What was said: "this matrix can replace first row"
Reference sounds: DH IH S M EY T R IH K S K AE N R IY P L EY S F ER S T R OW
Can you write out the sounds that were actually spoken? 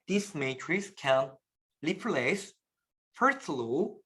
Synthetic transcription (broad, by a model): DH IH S M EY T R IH S K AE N L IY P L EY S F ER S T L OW